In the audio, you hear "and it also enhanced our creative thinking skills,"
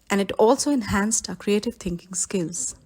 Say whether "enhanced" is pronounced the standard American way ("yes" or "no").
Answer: yes